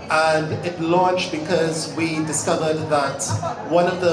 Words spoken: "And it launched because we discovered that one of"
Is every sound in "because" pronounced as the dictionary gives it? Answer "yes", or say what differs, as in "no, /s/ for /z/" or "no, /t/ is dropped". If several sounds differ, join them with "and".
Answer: yes